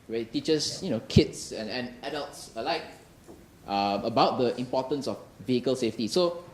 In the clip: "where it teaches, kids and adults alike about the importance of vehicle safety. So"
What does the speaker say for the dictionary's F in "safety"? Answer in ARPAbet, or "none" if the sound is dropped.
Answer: F